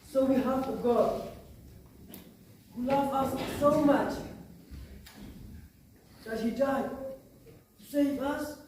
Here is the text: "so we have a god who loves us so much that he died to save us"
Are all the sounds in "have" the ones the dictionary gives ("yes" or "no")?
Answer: no